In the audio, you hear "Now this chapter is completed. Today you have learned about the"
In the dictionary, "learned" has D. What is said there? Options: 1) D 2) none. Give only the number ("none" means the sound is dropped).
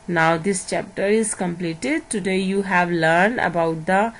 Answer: 1